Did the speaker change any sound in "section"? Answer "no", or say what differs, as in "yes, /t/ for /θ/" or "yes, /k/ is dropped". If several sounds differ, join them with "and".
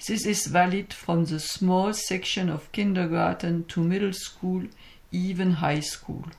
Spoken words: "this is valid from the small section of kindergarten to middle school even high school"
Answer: no